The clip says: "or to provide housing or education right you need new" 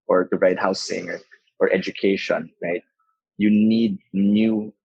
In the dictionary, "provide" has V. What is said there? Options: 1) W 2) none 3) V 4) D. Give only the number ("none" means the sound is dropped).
2